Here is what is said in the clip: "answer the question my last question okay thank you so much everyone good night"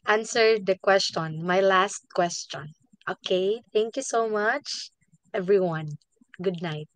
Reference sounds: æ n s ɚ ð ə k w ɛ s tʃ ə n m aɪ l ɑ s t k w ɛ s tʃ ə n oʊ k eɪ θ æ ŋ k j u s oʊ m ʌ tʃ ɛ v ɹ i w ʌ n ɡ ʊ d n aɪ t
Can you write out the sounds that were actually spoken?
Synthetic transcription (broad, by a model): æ n s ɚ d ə k w ɛ s tʃ ə n m aɪ l ɑ s t k w ɛ s tʃ ə n oʊ k eɪ t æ ŋ k j u s oʊ m ʌ tʃ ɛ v ɹ i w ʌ n ɡ ʊ d n aɪ t